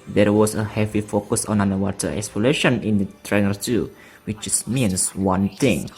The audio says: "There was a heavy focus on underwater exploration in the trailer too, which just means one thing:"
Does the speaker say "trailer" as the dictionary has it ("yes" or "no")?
no